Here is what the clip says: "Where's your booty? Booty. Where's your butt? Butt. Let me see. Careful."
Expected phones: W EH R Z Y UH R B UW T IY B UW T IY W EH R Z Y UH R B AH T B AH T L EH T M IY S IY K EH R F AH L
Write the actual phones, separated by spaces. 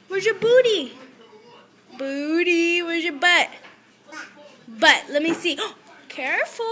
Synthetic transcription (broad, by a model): W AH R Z Y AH R B UW T IY B UW T IY W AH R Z Y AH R B AH T B AH T L EH T M IY S IY K EH R F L